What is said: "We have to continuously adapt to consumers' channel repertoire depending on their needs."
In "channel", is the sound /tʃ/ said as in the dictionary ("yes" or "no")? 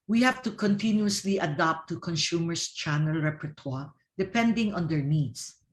yes